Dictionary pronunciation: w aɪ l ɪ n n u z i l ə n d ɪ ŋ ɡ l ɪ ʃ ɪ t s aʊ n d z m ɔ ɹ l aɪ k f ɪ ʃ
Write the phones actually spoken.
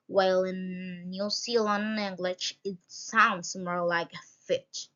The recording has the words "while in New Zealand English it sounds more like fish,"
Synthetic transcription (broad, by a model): w aɪ l ɪ n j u s i l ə n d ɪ ŋ ɡ l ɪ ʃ ɪ t s aʊ n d s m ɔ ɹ l aɪ k f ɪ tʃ